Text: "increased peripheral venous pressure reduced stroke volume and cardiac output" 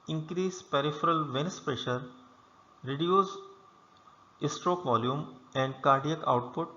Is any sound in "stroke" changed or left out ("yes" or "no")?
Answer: no